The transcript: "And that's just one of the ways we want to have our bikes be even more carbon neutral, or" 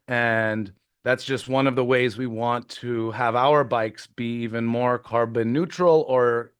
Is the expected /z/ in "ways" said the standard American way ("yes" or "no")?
yes